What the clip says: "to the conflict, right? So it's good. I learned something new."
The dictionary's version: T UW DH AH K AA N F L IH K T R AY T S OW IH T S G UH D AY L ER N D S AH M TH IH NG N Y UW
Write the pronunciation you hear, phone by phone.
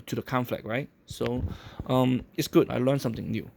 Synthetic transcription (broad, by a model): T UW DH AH K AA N F L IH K R AY T S OW IH T S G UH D AY L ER N S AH M T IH NG N Y UW